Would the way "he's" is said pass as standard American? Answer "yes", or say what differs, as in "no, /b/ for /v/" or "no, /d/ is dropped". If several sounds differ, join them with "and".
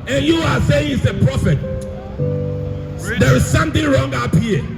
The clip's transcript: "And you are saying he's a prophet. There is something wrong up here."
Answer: no, /s/ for /z/